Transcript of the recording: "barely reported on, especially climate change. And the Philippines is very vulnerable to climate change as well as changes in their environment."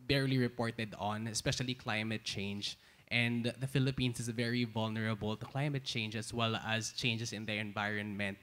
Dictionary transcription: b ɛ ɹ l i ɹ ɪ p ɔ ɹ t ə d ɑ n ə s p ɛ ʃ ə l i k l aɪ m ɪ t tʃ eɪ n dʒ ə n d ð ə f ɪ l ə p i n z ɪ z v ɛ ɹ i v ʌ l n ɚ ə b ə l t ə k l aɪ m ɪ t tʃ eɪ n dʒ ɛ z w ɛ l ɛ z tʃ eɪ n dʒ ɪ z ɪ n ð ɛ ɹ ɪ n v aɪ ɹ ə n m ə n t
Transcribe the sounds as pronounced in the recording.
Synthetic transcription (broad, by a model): b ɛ ɹ l i ɹ ɪ p ɔ ɹ t ə d ɑ n ə s p ɛ ʃ ə l i k l aɪ m ɪ t tʃ eɪ n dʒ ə n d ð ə f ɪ l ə p i n s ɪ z v ɛ ɹ i v ʌ l n ɚ ə b ə l t ə k l aɪ m ɪ t tʃ eɪ n dʒ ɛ s w ɛ l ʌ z tʃ eɪ n dʒ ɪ s ɪ n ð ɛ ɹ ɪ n v aɪ ɹ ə n m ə n t